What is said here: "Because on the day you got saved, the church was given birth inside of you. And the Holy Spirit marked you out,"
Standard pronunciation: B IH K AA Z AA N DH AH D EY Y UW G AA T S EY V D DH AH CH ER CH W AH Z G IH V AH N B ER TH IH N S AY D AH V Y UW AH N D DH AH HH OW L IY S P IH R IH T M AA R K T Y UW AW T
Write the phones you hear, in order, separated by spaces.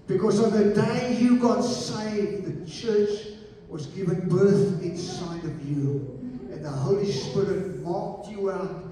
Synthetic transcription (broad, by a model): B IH K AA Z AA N DH AH D EY Y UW G AA T S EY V DH AH CH ER CH W AH Z G IH V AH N B ER TH IH N S AY D AH V Y UW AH N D DH AH HH OW L IY S P IH R IH T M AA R K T Y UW AW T